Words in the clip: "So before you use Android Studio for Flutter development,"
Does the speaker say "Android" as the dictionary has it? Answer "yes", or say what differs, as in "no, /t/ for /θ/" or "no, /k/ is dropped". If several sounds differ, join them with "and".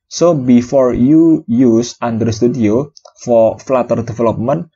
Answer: no, /ɹ/ is dropped